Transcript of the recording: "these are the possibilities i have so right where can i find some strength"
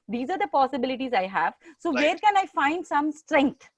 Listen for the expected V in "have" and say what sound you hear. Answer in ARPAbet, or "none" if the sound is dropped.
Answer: V